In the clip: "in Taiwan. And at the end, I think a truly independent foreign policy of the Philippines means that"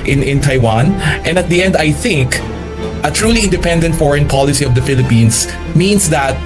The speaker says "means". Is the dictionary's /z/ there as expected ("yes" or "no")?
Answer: no